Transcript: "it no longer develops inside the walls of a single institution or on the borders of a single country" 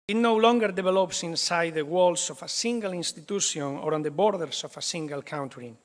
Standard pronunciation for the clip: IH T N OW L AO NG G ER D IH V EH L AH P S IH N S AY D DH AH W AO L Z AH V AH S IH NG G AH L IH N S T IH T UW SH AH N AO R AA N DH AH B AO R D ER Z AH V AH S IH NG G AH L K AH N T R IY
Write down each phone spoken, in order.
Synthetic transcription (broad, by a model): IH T N OW L AO NG G ER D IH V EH L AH P S IH N S AY D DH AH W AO L S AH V AH S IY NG G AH L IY N S T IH T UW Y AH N AO R AA N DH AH B AO R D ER S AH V AH S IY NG G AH L K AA N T R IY